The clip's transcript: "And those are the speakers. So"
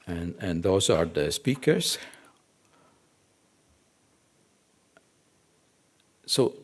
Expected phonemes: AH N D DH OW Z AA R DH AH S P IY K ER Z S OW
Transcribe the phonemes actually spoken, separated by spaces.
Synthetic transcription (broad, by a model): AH N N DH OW S AA R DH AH S P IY K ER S S OW